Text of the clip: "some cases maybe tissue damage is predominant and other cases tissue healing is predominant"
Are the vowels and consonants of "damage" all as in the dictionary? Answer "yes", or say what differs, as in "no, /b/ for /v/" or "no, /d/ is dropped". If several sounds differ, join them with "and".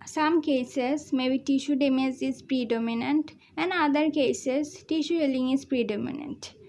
no, /z/ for /dʒ/